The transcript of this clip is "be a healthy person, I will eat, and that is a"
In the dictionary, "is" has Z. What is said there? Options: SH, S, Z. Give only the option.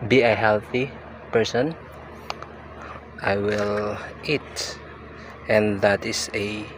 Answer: S